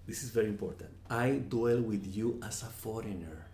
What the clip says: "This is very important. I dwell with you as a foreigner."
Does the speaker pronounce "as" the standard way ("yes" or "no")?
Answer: no